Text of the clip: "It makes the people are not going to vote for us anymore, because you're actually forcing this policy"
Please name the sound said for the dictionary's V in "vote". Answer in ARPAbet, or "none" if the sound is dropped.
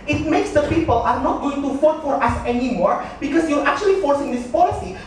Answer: F